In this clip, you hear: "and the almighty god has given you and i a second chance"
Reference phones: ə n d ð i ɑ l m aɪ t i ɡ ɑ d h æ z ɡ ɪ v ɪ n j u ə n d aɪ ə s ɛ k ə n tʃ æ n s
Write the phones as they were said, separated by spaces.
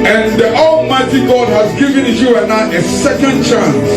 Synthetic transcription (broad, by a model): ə n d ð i ɑ l m aɪ t i ɡ ɑ d h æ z ɡ ɪ v ɪ n j u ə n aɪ ə s ɛ k ə n tʃ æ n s